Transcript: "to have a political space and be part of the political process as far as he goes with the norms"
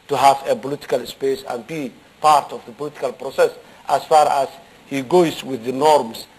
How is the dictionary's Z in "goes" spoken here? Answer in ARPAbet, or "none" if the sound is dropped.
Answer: S